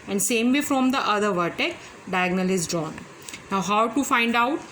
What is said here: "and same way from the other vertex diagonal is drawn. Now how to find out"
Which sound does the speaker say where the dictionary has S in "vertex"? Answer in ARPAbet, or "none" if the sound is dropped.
none